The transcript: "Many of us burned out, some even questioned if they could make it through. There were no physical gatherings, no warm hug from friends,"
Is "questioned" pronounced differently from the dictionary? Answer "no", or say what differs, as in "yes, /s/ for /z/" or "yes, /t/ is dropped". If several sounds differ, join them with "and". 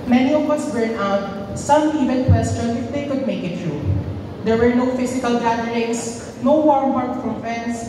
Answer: yes, /d/ is dropped